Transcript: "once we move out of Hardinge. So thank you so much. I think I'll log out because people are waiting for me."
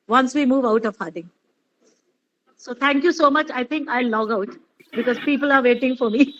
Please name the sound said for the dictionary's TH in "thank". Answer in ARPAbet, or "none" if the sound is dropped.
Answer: T